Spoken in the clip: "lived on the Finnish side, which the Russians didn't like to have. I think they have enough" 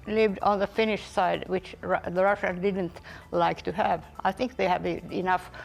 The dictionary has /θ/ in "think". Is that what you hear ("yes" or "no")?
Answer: yes